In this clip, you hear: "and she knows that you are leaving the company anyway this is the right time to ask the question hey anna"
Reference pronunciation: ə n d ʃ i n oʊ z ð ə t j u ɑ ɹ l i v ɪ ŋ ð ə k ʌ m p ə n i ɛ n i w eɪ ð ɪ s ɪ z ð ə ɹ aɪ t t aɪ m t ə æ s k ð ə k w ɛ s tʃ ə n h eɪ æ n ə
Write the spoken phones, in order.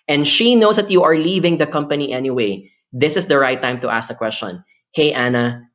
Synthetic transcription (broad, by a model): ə n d ʃ i n oʊ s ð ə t j u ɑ ɹ l i v ɪ ŋ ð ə k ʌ m p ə n i ɛ n i w eɪ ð ɪ s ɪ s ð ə ɹ aɪ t t aɪ m t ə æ s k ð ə k w ɛ s tʃ ə n h eɪ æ n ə